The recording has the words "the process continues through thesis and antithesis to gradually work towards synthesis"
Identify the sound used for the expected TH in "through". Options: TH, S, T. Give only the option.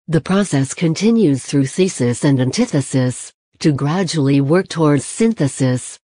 TH